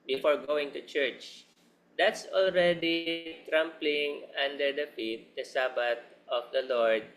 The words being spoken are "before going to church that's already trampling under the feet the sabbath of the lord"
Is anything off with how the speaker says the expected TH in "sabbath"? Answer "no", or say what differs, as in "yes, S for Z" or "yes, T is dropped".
yes, T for TH